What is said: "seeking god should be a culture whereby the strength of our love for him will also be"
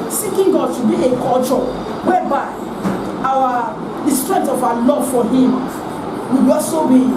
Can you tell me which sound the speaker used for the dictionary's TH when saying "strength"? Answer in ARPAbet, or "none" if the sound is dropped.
T